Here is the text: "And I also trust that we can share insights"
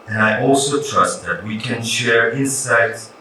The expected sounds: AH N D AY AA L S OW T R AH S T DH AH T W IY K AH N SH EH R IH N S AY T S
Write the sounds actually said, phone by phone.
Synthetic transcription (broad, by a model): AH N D AY AA L S OW T R AH S T DH AH T W IY K AH N SH EH R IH N S AY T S